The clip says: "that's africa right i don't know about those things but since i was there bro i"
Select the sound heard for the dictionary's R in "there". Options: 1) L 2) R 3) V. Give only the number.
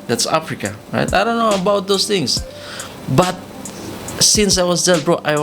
1